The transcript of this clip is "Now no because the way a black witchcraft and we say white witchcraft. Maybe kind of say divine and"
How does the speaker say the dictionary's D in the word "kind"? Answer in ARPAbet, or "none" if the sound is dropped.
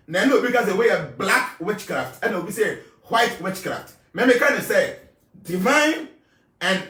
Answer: none